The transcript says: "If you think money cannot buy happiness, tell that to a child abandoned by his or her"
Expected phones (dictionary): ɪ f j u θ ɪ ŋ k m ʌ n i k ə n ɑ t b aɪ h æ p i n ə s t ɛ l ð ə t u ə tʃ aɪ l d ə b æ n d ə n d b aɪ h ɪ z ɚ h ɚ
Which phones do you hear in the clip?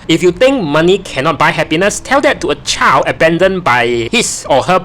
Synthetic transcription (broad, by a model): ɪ f j u t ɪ ŋ k m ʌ n i k ə n ɑ t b aɪ h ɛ p i n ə s t ɛ l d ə t u ə tʃ aɪ l d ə b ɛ n d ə n b aɪ h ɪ s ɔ h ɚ